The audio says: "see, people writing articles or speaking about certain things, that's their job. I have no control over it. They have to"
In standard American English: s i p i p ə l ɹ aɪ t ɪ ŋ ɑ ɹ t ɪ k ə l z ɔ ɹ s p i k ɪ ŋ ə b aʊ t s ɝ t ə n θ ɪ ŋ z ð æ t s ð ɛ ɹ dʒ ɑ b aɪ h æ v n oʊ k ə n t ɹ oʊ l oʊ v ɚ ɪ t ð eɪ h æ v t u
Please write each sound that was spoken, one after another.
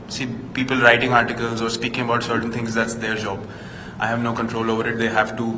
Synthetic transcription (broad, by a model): s i p i p ə l ɹ aɪ t ɪ ŋ ɑ ɹ t ɪ k ə l z ɔ ɹ s p i k ɪ ŋ ə b aʊ t s ɝ t ə n t ɪ ŋ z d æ t s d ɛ ɹ dʒ ɑ b aɪ h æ v n oʊ k ə n t ɹ oʊ l oʊ v ɚ ɪ t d eɪ h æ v t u